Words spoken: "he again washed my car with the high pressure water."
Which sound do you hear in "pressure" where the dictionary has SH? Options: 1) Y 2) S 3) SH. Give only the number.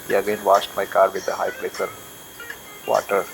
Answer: 2